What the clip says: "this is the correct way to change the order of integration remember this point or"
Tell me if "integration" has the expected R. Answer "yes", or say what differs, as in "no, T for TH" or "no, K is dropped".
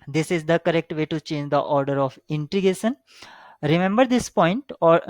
no, R is dropped